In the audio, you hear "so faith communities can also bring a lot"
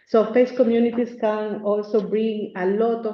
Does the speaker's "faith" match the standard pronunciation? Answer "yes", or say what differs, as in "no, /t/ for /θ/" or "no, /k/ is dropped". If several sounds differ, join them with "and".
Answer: no, /s/ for /θ/